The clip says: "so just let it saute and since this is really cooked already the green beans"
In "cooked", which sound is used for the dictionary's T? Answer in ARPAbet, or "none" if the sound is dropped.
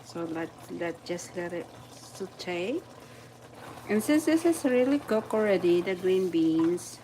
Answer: none